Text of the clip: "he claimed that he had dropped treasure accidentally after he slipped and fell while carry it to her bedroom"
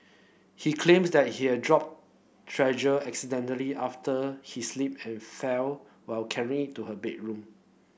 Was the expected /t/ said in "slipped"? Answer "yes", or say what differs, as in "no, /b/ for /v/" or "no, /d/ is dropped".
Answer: no, /t/ is dropped